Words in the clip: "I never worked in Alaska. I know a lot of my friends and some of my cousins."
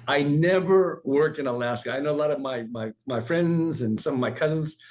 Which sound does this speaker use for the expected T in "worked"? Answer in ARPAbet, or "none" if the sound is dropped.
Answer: T